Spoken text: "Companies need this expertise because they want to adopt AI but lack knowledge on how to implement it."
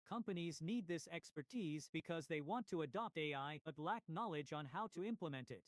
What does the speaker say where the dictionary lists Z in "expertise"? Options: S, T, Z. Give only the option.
Z